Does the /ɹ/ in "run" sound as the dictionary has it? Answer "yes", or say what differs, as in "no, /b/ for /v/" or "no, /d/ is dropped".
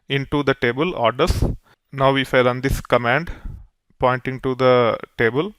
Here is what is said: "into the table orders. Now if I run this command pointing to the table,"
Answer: no, /l/ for /ɹ/